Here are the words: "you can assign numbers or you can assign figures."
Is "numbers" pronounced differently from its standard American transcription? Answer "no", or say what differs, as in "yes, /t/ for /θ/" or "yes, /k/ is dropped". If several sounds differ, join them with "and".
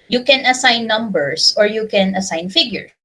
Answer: yes, /s/ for /z/